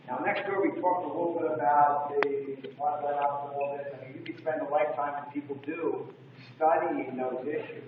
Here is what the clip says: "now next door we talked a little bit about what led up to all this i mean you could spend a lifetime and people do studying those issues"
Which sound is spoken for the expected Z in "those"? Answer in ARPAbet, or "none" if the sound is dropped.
Z